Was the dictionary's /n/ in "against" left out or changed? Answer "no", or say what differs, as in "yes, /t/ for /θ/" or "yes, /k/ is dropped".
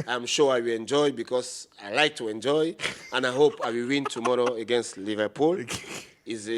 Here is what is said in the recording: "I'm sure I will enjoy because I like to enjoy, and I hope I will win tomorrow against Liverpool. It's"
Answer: no